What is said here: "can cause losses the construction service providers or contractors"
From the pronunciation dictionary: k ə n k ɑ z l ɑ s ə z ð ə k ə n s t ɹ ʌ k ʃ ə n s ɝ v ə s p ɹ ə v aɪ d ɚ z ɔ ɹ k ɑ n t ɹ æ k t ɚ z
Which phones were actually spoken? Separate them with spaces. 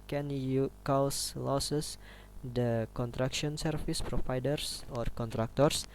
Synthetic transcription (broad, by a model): k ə n k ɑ s l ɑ s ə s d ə k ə n t ɹ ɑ k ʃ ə n s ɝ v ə s p ɹ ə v aɪ d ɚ s ɔ ɹ k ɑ n t ɹ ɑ k t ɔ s